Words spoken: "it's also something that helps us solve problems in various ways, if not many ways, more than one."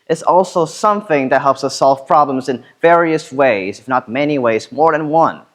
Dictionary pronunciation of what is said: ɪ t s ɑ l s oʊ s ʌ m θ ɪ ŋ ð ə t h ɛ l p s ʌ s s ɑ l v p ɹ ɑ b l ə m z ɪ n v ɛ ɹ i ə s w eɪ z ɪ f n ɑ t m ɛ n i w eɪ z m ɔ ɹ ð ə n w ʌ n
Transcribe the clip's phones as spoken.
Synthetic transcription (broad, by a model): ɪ t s ɑ l s oʊ s ʌ m θ ɪ ŋ ð ə t h ɛ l p s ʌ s s ɑ l v p ɹ ɑ b l ə m z ɪ n v ɛ ɹ i ə s w eɪ z ɪ f n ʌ t m ɛ n i w eɪ z m ɔ ɹ ð ə n w ʌ n